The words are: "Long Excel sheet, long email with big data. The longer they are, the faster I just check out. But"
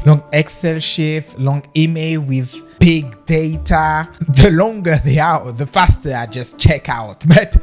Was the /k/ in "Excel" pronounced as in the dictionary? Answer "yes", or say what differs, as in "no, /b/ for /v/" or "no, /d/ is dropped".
yes